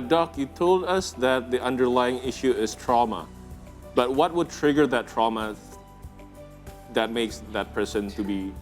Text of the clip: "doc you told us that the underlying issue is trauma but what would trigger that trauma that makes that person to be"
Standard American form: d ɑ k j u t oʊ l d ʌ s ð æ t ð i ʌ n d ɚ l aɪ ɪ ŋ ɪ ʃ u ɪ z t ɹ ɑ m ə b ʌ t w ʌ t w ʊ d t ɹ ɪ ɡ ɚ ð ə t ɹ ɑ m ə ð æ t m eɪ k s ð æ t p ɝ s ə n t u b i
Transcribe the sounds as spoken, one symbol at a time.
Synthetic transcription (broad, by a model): d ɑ k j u t oʊ l d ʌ s ð æ t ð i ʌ n d ɚ l aɪ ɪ ŋ ɪ ʃ u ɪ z t ɹ ɑ m ə b ʌ t w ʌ t w ʊ d t ɹ ɪ ɡ ɚ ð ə t ɹ ɑ m ə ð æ t m eɪ k s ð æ t p ɝ s ə n t u b i